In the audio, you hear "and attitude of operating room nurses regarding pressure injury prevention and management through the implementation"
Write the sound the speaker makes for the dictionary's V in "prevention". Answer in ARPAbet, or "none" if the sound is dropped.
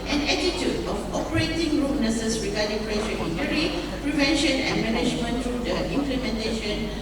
V